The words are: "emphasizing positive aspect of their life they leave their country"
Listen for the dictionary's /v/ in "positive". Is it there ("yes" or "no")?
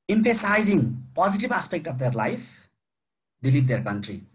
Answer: no